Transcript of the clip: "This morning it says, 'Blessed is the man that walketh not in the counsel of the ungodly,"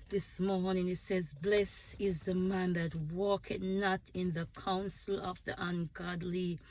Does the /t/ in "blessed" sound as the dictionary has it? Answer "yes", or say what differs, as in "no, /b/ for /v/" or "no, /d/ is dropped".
no, /t/ is dropped